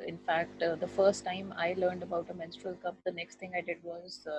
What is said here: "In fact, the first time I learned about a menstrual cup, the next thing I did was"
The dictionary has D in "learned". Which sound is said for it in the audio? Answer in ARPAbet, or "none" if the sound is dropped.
D